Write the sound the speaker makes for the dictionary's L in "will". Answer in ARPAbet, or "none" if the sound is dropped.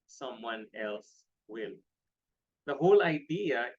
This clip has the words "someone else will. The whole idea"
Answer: L